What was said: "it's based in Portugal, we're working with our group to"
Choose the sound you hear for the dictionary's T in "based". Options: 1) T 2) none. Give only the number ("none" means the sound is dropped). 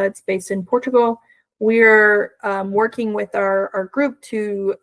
1